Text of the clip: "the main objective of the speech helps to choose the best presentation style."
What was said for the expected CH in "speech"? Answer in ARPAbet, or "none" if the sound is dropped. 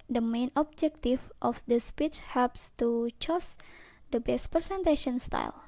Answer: CH